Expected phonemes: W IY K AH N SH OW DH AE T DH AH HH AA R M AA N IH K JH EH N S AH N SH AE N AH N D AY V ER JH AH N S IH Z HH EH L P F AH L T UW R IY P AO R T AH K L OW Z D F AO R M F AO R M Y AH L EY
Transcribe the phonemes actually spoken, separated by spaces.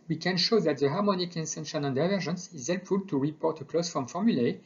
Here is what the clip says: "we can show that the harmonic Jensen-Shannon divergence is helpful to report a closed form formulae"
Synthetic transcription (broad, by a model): W IY K AH N SH OW DH AE T DH AH HH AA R M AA N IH K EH N S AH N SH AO N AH N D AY V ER ZH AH N S IH Z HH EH L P F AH L T UW R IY P AO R T AH K L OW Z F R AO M F AO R M Y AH L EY